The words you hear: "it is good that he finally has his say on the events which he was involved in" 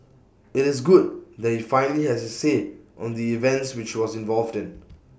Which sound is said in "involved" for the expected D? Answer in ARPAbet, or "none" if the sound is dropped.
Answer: D